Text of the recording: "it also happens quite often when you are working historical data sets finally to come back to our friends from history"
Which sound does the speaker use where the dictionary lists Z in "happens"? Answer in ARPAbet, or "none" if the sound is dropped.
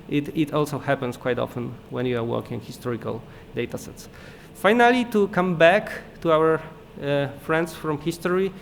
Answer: S